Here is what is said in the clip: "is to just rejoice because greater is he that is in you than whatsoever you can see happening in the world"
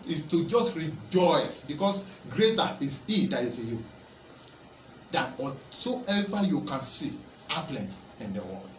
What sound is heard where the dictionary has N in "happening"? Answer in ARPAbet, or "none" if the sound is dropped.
L